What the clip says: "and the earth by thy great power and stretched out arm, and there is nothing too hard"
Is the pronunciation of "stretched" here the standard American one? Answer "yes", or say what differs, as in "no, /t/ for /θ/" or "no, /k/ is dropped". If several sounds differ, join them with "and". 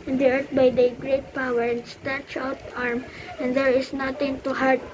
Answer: no, /ɹ/ is dropped and /t/ is dropped